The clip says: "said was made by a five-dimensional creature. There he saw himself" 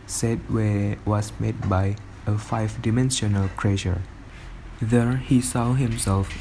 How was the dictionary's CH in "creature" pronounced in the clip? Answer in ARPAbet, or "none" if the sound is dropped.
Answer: SH